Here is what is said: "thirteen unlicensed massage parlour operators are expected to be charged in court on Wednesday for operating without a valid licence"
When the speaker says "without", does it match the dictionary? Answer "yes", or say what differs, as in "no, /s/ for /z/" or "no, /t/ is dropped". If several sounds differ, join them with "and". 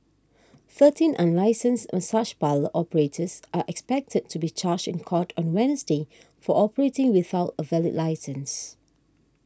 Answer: yes